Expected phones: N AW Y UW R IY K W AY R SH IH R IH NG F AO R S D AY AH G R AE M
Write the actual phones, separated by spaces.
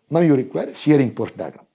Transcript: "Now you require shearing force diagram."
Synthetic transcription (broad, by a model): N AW Y UW R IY K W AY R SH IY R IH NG P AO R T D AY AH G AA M